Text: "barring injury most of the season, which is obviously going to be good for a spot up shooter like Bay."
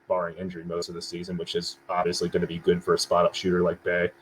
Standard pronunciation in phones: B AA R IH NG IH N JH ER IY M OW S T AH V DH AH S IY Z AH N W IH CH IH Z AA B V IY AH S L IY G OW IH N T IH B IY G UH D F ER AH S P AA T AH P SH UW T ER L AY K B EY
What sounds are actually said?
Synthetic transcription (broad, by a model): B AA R IH NG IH N JH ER IY M OW S T AH V DH AH S IY Z AH N W IH CH IH Z AA B V IY AH S L IY G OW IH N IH B IY G UH D F ER AH S P AA T AH P SH UW T ER L AY K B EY